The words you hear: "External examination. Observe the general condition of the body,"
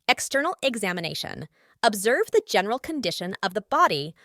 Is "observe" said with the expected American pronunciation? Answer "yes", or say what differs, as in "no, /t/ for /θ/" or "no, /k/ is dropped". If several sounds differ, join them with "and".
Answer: yes